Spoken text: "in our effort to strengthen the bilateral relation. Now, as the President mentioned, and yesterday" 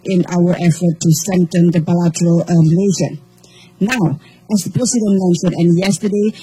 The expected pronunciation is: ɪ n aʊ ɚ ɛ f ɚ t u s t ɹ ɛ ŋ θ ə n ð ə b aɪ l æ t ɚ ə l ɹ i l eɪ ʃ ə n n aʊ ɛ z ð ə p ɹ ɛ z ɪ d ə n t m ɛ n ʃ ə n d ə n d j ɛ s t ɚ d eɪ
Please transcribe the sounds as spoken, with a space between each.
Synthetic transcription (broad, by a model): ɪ n aʊ ɚ ɛ f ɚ t u s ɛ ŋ t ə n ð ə b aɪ l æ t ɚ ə l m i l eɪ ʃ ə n n aʊ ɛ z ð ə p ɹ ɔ s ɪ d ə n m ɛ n s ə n ə n j ɛ s t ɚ d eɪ